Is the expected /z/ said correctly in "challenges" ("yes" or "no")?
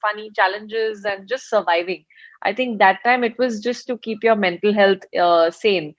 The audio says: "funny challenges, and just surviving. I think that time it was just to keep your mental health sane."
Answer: yes